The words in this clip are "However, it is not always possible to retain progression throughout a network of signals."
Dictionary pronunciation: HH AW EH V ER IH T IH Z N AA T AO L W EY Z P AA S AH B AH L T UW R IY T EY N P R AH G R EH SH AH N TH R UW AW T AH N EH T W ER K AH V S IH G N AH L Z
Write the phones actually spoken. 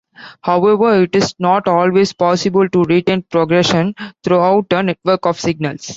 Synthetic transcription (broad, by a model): HH AW EH V ER IH T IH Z N AA T AO L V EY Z P AA S AH B AH L T UW R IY T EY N P R AH G R EH SH AH N T R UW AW T AH N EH T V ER K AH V S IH G N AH L S